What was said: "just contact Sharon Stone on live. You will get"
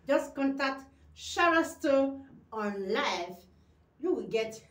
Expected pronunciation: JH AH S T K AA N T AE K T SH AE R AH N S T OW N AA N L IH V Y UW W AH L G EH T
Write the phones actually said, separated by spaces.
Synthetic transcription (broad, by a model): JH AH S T K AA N T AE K T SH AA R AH S T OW AA N L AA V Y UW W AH G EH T